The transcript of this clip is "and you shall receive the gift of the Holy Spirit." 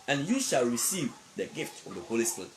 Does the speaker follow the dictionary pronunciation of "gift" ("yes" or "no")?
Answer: yes